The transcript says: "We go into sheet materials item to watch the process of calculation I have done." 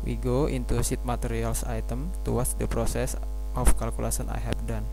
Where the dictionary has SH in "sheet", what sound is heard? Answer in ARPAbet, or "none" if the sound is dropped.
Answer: S